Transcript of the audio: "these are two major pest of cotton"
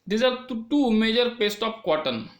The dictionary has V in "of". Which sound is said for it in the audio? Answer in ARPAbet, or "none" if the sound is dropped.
P